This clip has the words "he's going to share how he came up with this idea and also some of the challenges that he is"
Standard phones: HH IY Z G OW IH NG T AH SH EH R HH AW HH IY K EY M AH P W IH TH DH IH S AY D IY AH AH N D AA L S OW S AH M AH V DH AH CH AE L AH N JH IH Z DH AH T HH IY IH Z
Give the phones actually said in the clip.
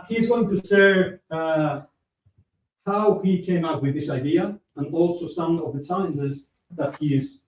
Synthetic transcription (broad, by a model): HH IY Z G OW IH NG T AH S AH R HH AW HH IY K EY M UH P W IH DH IH S AY D IY AH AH N AA L S OW S AH M AH V DH AH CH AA AH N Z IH Z DH AH T HH IY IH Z